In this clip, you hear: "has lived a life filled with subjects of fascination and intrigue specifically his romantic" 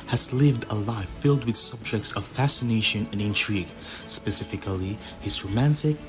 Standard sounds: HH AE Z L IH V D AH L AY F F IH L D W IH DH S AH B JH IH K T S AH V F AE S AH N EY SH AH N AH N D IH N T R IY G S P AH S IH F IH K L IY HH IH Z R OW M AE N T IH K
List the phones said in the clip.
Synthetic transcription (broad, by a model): HH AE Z L IH V D AH L AY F F IH L D W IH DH S AH B JH IH K T S AH V F AE S AH N EY SH AH N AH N IH N T R IY G S P AH S IH F IH K L IY HH IH Z R OW M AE N T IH K